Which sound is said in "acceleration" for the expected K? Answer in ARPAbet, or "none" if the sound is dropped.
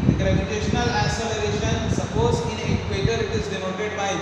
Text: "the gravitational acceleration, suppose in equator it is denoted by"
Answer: none